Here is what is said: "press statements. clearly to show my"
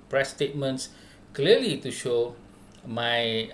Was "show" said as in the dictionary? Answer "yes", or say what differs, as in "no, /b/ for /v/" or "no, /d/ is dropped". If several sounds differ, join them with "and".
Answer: yes